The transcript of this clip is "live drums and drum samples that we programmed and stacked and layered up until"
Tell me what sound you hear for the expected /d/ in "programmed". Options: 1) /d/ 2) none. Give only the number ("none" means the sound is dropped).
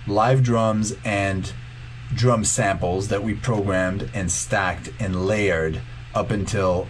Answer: 1